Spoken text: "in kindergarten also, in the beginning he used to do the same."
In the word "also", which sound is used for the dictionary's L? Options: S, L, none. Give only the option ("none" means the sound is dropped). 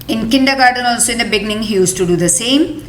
L